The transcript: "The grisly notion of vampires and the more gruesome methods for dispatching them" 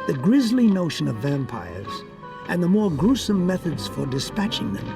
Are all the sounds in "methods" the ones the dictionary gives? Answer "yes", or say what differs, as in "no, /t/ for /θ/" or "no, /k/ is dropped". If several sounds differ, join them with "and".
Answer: yes